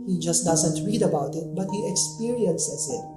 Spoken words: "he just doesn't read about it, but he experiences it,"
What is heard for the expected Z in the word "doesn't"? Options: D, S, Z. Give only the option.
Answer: Z